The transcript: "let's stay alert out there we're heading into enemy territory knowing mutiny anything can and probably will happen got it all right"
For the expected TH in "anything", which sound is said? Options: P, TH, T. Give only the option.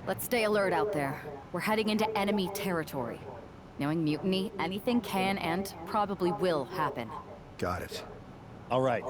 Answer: TH